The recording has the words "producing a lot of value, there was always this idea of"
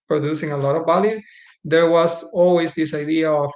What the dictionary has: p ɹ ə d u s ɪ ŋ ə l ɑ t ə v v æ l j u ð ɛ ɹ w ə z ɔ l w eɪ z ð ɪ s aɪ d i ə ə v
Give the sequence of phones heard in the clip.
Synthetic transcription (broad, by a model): p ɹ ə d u s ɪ ŋ ə l ɑ t ə v b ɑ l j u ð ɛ ɹ w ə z ɔ l w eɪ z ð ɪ s aɪ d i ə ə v